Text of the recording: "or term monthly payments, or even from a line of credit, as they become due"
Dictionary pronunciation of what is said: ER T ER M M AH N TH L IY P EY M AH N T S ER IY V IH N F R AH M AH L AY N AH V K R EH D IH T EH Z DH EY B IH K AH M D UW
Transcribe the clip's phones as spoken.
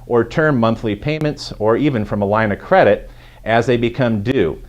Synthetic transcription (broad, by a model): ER T ER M M AH N TH L IY P EY M AH N T S ER IY V IH N F R AH M AH L AY N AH K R EH D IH T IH Z DH EY B IH K AH M D UW